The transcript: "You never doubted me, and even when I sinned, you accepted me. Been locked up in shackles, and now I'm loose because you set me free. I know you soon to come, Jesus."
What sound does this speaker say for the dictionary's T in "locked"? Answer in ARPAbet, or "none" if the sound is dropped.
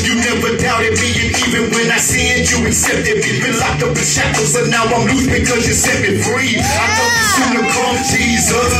none